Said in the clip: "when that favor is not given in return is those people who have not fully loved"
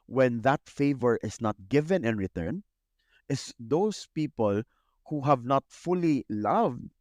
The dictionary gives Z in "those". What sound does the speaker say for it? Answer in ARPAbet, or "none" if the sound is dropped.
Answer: S